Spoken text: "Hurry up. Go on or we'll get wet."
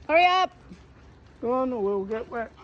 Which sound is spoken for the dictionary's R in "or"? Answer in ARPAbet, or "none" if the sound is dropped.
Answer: W